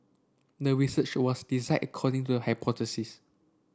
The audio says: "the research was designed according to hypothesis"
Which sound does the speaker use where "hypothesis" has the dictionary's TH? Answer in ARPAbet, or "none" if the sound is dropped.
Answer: T